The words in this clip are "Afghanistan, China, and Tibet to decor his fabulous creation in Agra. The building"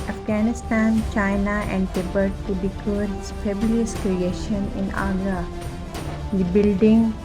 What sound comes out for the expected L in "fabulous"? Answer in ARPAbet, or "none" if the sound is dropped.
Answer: none